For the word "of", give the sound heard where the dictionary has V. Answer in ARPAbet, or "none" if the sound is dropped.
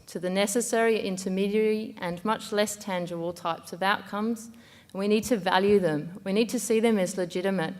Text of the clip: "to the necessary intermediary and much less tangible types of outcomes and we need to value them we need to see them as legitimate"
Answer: V